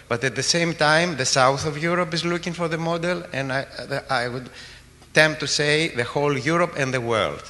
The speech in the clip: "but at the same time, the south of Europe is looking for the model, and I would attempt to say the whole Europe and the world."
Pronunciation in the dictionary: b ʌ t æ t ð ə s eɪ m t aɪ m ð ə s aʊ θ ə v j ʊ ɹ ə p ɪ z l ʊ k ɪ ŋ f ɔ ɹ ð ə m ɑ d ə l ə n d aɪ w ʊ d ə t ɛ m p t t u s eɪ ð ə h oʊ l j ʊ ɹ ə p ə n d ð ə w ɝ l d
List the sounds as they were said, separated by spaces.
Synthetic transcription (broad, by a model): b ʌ t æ t ð ə s eɪ m t aɪ m ð ə s aʊ θ ə v j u ɹ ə p ɪ z l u k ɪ ŋ f ɔ ɹ ð ə m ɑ d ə l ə n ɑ aɪ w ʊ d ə t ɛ m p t t u s eɪ ð ə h oʊ l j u ɹ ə p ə n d ð ə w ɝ l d